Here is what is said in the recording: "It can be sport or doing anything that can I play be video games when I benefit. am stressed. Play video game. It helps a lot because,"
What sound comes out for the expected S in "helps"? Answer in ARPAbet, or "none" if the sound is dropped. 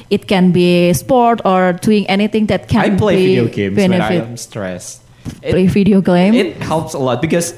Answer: S